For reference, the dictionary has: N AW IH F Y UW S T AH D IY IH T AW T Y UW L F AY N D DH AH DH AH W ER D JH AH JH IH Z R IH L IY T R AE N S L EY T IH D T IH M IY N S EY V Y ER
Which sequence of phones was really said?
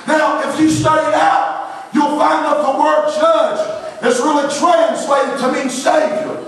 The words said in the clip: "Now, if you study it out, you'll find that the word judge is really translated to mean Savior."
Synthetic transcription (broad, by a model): N AW IH F Y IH S T AH D IY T AW T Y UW L F AY N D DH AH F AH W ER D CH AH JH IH S R IH L IY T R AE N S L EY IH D T IH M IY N S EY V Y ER